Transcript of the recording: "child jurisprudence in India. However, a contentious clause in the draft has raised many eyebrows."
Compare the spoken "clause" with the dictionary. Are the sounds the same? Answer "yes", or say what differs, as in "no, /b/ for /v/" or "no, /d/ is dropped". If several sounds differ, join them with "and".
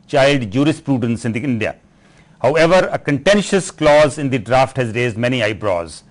yes